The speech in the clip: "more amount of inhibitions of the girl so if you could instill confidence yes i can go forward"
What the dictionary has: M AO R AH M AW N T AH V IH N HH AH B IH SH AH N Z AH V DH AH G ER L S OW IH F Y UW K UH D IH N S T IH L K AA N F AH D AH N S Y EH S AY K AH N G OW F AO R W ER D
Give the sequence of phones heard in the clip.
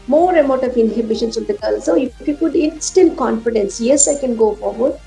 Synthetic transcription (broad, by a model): M AO R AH M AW T AH V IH N HH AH B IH SH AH N S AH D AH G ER L S OW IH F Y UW K UH D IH N S T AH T K AA N F AH D AH N S Y EH S AY K AH N G OW F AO R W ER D